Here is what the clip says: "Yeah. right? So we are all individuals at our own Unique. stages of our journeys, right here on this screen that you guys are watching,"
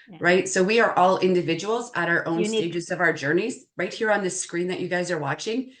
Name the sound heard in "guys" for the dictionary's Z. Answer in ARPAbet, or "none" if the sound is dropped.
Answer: Z